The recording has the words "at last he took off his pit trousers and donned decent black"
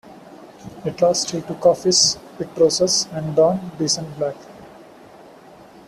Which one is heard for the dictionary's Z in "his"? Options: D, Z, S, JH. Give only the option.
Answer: S